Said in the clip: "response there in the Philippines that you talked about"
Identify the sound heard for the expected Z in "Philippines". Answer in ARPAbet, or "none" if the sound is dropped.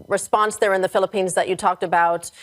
Z